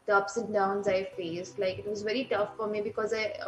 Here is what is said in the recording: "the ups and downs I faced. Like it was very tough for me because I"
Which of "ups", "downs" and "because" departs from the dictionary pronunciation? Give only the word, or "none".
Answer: none